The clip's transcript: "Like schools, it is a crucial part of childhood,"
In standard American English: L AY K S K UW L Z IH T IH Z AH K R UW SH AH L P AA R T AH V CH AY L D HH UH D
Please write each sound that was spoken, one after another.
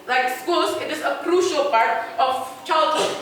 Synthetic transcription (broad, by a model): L AY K S K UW L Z IH T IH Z AH K R UW SH AH L P AA R T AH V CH AY L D HH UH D